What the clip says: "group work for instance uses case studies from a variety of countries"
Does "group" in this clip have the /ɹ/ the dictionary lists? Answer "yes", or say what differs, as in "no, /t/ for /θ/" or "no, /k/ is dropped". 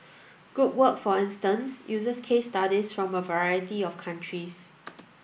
no, /ɹ/ is dropped